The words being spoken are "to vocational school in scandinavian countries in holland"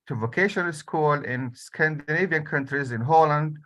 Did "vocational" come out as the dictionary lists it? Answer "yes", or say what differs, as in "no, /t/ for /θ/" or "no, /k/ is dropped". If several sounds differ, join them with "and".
yes